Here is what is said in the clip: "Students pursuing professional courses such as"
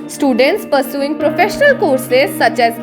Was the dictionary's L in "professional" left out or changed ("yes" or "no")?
no